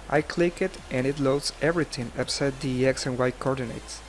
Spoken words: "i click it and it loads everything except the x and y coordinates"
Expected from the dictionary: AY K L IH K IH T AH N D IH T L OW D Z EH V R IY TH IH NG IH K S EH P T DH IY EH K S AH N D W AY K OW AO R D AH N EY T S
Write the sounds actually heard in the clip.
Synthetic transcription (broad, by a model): AY K L IH K IH T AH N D IH T L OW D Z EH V R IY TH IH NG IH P S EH T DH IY EH K S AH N W AY K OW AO R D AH N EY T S